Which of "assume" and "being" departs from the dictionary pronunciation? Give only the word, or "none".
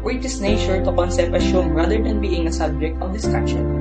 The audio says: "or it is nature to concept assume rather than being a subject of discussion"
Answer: assume